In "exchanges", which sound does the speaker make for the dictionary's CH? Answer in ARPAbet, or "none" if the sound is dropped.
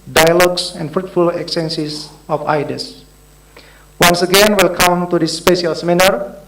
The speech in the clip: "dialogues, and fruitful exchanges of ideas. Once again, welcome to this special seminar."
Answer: none